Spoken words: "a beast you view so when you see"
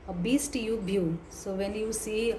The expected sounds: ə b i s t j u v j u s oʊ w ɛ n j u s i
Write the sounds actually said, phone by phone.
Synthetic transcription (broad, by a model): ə b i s t j u b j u s oʊ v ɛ n j u s i